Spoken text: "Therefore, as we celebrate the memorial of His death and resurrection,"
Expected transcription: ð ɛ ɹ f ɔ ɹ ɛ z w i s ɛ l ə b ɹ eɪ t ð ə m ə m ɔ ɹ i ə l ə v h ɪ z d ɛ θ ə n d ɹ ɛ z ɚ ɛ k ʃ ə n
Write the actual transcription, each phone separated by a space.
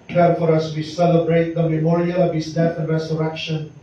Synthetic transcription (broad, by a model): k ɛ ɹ f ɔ ɹ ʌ s w i s ɛ l ə b ɹ eɪ t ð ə m ə m ɔ ɹ i ə l ə v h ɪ s d ɛ θ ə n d ɹ ɛ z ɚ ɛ k ʃ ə n